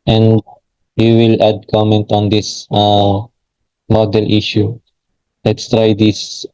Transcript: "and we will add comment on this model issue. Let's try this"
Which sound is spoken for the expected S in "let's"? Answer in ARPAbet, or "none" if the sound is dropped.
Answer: S